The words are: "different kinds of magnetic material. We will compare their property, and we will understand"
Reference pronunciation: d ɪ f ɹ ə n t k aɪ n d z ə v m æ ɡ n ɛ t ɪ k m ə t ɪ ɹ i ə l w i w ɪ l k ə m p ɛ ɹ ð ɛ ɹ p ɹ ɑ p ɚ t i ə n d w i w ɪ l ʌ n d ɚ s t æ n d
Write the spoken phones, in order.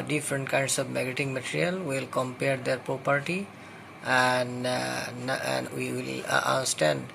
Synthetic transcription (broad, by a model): d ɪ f ɹ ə n t k aɪ n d s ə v m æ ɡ ɪ t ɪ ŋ m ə t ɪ ɹ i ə l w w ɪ l k ə m p ɛ ɹ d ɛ ɹ p ɹ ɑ p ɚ t i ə n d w i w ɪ l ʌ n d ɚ s t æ n d